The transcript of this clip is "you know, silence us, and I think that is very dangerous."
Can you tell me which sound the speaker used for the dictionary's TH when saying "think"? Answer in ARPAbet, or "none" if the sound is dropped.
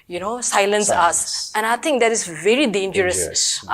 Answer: T